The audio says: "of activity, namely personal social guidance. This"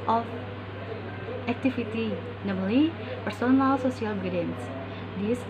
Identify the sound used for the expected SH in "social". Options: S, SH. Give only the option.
S